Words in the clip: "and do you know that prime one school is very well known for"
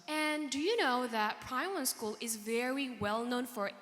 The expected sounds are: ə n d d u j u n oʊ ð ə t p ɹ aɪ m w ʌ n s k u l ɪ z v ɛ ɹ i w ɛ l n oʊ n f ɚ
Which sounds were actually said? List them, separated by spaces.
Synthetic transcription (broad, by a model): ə n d d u j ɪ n oʊ ð ə t p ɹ aɪ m w ʌ n s k u l ɪ z v ɛ ɹ i w ɛ l n oʊ n f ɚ